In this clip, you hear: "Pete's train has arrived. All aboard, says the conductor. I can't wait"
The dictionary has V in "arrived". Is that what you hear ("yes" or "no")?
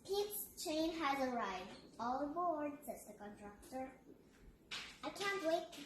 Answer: no